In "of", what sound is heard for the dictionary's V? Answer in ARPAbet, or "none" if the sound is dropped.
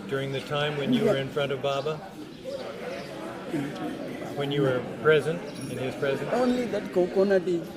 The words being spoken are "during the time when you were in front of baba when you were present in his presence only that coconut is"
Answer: V